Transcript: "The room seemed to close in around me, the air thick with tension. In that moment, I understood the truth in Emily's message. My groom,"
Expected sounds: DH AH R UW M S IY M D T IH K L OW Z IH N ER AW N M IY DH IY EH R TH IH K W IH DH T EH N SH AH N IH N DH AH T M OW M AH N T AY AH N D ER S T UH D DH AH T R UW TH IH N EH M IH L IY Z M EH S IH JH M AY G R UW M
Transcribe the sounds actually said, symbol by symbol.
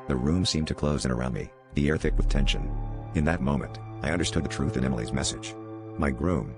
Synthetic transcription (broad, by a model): DH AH R UW M S IY M T IH K L OW Z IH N ER AW N M IY DH IY EH R TH IH K W IH DH T EH N SH AH N IH N DH AH T M OW M AH N T AY AH N D ER S T UH D DH AH T R UW TH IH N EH M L IY Z M EH S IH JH M AY G R UW M